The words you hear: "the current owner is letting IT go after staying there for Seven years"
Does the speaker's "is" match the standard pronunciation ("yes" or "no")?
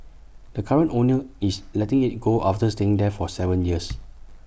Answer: no